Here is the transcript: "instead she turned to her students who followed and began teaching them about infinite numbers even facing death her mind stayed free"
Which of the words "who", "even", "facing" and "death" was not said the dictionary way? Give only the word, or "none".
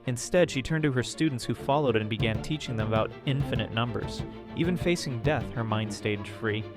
none